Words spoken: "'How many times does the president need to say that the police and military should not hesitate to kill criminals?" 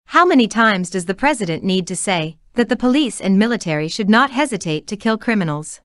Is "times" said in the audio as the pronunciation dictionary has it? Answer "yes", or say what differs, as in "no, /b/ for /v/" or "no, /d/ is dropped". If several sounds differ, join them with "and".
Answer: yes